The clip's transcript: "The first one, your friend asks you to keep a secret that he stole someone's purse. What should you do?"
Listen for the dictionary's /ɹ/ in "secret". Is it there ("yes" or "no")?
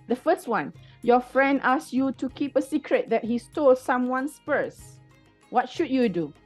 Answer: yes